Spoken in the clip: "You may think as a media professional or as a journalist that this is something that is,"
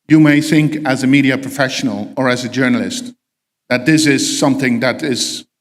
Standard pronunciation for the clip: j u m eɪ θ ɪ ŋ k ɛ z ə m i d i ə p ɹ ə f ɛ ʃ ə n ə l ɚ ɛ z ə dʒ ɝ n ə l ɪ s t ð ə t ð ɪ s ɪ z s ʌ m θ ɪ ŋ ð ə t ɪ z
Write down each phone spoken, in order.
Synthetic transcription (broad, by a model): j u m eɪ θ ɪ ŋ k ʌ z ə m i d i ə p ɹ ə f ɛ ʃ ə n ə l ɚ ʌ z ə dʒ ɝ n ə l ɪ s t ð ə t ð ɪ s ɪ z s ʌ m θ ɪ ŋ ð ə t ɪ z